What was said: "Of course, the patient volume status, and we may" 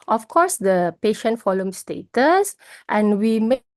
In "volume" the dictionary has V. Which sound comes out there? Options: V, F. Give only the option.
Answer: F